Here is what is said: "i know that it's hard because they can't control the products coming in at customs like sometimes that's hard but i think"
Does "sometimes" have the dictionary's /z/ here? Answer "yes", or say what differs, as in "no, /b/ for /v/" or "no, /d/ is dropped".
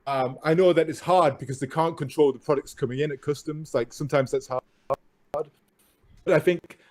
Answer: yes